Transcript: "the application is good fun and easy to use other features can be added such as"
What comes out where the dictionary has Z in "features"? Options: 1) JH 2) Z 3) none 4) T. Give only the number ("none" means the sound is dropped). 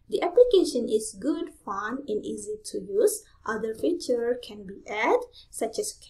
3